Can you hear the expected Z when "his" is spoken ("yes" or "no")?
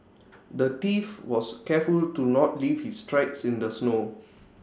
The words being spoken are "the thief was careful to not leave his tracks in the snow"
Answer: no